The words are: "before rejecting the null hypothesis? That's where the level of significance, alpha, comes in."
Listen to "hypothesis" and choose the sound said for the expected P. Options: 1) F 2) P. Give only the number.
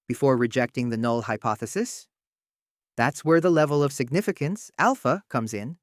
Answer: 2